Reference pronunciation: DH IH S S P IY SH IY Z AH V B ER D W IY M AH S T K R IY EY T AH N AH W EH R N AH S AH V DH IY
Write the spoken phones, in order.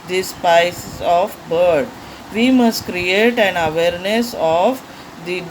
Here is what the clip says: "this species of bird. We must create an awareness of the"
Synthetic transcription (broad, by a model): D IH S S P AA IY S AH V B ER D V IY M AH S T K R IY EY T AH N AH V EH R N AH S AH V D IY